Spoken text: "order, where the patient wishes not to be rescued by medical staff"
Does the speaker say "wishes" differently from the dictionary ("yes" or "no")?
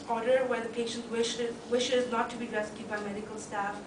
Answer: no